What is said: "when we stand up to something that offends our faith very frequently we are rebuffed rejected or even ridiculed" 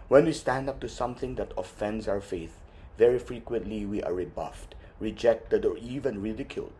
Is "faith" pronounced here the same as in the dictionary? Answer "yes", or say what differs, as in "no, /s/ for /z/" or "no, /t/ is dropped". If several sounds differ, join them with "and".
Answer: yes